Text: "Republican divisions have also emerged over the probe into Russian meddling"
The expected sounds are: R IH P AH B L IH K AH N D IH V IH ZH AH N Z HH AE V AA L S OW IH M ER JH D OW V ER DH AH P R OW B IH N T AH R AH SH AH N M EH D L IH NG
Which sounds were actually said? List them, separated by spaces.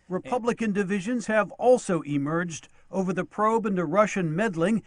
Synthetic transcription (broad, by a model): R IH P AH B L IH K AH N D IH V IH ZH AH N Z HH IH V AA L S OW IH M ER JH D OW V ER DH AH P R OW B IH N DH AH R AH SH AH N M EH D L IH NG